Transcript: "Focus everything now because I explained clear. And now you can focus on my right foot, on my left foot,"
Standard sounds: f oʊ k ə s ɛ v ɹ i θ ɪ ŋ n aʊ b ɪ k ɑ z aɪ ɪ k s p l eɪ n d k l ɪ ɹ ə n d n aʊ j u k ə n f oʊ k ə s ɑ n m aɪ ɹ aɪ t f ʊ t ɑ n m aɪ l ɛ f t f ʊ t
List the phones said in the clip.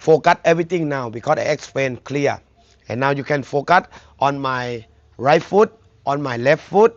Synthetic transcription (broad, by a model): f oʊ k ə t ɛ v ɹ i t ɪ ŋ n aʊ b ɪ k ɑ s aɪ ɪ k s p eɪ n k l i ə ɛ n aʊ j u k ə n f oʊ k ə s ɑ n m aɪ ɹ aɪ t f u t ɑ n m aɪ l ɛ f t f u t